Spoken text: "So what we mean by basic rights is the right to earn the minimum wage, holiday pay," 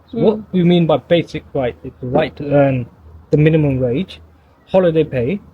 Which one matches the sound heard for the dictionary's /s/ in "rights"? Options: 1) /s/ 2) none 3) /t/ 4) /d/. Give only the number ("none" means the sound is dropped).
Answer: 2